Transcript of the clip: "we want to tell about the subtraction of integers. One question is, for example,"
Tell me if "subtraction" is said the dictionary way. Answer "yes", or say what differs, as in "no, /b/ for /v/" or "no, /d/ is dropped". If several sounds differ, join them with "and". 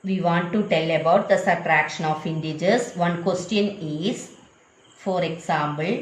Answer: no, /b/ is dropped